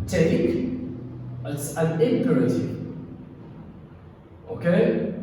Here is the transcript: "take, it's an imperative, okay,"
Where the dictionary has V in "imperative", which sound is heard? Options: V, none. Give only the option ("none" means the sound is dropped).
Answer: none